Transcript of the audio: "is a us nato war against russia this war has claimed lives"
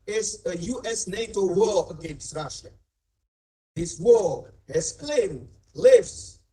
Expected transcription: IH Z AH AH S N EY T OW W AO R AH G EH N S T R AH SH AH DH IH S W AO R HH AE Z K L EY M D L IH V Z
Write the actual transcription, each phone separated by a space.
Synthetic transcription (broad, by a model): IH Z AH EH S N EY T OW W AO AH G EH N S T R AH SH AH DH IH S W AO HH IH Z K L EY M D L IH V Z